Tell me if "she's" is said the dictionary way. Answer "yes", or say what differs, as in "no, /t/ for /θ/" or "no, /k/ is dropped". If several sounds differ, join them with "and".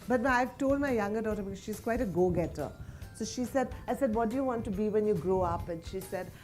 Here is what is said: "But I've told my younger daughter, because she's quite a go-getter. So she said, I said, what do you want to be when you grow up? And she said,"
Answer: yes